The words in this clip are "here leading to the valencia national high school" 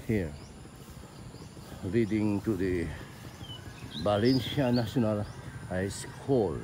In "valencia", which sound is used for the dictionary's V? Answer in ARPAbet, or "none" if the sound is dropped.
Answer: B